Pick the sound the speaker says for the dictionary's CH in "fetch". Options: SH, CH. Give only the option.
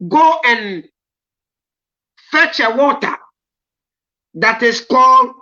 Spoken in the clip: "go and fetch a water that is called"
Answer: CH